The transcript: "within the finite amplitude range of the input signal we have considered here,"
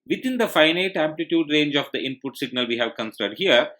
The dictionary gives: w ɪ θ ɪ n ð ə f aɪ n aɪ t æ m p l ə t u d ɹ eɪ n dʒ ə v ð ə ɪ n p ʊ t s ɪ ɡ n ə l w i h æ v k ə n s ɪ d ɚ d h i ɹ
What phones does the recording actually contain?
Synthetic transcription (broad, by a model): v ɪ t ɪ n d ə f aɪ n aɪ t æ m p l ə t u d ɹ eɪ n dʒ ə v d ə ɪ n p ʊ t s ɪ ɡ n ə l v i h æ v k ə n s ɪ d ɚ d h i ɹ